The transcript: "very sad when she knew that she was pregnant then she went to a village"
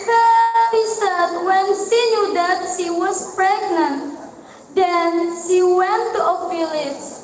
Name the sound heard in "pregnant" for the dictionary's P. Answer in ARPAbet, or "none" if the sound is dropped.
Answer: P